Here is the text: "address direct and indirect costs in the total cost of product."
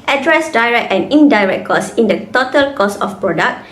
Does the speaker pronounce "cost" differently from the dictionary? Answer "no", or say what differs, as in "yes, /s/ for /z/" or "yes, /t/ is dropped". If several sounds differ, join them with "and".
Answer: yes, /t/ is dropped